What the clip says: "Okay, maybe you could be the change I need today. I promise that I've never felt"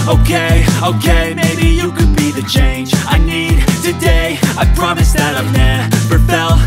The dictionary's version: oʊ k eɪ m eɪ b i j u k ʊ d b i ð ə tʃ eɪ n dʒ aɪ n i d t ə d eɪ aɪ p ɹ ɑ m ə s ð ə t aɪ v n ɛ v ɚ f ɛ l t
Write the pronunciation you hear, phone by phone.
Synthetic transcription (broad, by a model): oʊ k eɪ m eɪ b i j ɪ k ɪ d b i ð ə tʃ eɪ n dʒ aɪ n i d t ə d eɪ aɪ p ɹ ɑ m ə s ð ə t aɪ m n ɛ p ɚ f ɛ l